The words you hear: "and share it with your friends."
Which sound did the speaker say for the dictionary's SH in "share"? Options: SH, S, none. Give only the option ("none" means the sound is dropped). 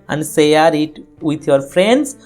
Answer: S